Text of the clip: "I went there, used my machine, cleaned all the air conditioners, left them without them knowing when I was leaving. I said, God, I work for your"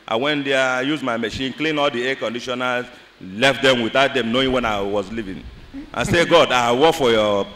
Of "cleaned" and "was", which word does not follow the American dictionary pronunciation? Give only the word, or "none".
cleaned